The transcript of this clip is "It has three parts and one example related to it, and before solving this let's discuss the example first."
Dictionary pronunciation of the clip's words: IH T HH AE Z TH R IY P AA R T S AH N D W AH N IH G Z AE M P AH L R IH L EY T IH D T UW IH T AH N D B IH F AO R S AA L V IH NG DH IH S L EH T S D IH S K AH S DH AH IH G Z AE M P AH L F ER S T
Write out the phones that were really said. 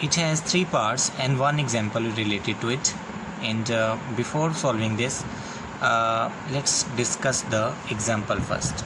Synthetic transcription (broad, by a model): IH T HH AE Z T R IY P AA R T S AH N D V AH N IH G Z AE M P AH L R IH L EY T IH D T UW IH T AH N D B IH F AO R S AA L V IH NG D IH S L EH T S D IH S K AH S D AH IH G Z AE M P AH L F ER S T